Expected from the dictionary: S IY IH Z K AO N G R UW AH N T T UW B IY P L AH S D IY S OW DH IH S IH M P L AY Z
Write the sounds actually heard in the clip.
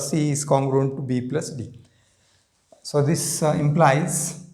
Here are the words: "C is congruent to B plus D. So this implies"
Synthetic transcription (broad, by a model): S IY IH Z K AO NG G R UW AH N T T UW B IY P L AH S D IY S OW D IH S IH M P L AY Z